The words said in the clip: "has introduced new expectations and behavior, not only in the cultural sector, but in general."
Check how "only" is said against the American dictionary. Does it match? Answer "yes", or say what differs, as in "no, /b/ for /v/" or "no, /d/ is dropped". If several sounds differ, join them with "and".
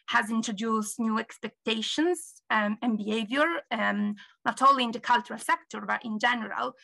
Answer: no, /n/ is dropped